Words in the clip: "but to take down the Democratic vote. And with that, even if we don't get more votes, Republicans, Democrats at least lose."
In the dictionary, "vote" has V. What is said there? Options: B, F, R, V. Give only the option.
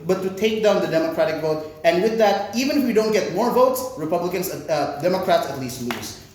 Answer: V